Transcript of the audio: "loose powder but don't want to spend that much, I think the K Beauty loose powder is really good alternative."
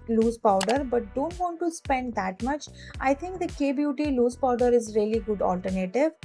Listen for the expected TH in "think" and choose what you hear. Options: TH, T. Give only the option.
T